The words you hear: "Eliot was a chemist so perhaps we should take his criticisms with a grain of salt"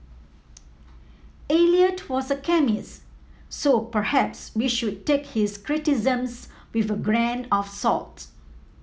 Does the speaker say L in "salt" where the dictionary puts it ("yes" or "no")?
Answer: yes